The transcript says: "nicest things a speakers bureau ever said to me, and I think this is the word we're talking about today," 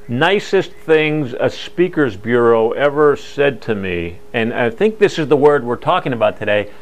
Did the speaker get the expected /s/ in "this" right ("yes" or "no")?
yes